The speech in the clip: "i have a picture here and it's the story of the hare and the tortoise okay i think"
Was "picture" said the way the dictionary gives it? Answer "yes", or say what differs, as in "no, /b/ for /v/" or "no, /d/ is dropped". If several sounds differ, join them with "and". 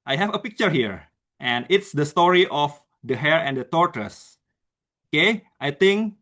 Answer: yes